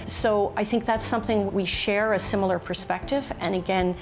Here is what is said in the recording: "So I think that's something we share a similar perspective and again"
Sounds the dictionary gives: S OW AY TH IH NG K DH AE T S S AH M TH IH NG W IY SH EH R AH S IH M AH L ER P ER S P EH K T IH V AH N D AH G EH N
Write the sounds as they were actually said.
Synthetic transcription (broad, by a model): S OW AY TH IH NG K DH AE T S S AH M TH IH NG W IY SH EH R AH S IH M L ER P ER S P EH K T IH V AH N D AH G EH N